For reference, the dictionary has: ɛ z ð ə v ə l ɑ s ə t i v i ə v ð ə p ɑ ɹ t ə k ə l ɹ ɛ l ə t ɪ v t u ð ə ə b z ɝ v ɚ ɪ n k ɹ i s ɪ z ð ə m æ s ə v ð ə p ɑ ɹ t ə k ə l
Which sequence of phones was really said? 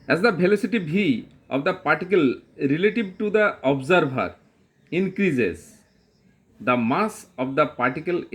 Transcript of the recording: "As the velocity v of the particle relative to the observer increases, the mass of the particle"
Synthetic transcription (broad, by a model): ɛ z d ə b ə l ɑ s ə t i b i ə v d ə p ɑ ɹ t ə k ə l ɹ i l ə t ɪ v t u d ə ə b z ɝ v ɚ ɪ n k ɹ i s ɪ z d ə m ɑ s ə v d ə p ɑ ɹ t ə k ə l